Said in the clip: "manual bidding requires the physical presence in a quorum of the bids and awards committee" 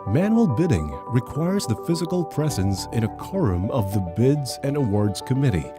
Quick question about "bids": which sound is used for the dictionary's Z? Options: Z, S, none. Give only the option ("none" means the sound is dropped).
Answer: Z